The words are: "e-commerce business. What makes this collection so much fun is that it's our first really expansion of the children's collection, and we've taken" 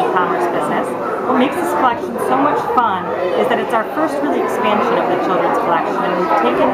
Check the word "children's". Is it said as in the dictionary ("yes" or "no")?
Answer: yes